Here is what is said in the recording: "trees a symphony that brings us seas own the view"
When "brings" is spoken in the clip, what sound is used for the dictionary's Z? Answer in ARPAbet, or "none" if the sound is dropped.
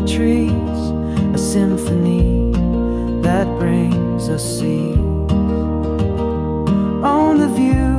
Z